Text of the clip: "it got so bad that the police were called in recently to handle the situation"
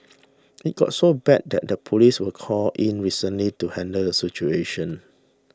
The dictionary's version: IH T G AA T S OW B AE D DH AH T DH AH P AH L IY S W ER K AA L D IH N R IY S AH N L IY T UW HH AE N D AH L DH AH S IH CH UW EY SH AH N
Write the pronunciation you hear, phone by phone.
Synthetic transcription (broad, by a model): IH T G AA T S OW B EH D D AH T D AH P AH L IY S W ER K AA L IH N R IY S AH N L IY T UW HH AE N D AH L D AH S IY CH UW EY SH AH N